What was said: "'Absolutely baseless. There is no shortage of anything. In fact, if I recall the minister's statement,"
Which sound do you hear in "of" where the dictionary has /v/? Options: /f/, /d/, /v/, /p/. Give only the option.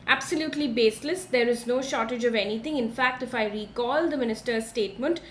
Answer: /v/